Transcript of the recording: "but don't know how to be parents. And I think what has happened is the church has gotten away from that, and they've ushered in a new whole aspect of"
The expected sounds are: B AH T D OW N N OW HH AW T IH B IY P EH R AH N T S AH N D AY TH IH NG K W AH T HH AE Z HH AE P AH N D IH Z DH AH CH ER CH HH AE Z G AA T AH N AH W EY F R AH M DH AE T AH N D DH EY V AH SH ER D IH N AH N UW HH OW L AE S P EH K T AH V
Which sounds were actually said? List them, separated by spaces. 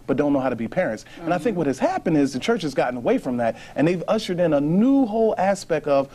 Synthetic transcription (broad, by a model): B AH T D OW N N OW HH AW T IH B IY P EH R AH N T S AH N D AY TH IH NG K W AH T HH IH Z HH AE P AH N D IH Z DH AH CH ER CH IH Z G AA T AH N AH W EY F R AH M DH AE T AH N DH EY V AH SH ER D IH N AH N UW HH OW L AE S P EH K T AH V